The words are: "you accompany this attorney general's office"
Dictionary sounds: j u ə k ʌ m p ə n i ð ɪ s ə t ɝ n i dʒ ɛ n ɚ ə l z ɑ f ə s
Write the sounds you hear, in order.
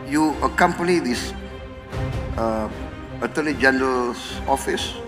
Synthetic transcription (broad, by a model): j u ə k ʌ m p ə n i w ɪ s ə t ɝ l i dʒ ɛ n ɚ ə l s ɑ f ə s